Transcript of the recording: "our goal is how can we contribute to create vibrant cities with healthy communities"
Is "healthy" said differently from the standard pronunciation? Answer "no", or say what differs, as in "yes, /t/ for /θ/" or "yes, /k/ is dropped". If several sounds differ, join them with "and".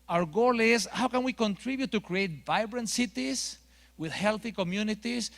no